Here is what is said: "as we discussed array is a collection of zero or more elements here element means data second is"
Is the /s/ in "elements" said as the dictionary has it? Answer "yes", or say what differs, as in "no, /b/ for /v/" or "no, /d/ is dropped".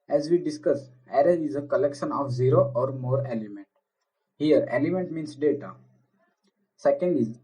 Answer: no, /s/ is dropped